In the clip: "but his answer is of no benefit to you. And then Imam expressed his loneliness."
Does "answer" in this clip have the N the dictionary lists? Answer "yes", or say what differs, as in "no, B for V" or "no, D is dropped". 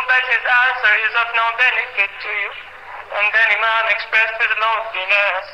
no, N is dropped